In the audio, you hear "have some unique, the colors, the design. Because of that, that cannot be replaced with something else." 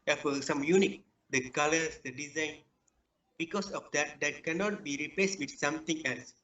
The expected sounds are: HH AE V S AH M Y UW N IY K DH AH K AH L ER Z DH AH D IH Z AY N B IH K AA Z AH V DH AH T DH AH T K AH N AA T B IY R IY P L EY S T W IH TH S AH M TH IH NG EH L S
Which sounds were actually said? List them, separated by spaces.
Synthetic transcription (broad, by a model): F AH S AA M Y UW N IY K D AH K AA L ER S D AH D IH Z AY N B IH K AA S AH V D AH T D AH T K AH N AA T B IY R IY P L EY S T W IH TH S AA M T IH NG EH L S